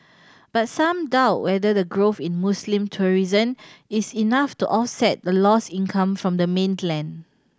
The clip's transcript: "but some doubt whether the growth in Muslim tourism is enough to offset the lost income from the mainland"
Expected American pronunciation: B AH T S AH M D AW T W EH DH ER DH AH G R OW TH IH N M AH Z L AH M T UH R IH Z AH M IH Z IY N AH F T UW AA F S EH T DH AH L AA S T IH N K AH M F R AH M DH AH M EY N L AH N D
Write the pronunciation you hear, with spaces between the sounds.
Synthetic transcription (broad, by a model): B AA T S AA M D AW T W EH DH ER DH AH G R OW F IH N M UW S L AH M T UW R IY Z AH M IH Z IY N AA F T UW AA F S EH T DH AH L AA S IH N K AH M F R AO M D AH M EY N L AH N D